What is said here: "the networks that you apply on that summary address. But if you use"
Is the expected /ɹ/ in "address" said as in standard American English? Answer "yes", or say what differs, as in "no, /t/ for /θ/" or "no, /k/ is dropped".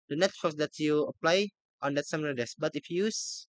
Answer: no, /ɹ/ is dropped